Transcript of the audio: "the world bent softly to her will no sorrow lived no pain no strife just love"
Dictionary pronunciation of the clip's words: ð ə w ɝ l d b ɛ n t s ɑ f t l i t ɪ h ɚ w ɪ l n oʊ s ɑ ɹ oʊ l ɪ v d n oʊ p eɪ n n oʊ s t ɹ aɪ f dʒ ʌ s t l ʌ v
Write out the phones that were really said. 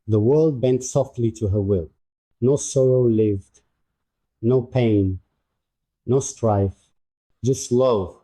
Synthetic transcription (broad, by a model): ð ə w ɝ l d b ɛ n t s ɑ f t l i t ɪ h ɚ w ɪ l n oʊ s ɑ ɹ oʊ l ɪ v d n oʊ p eɪ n n oʊ s t ɹ aɪ f dʒ ʌ s t l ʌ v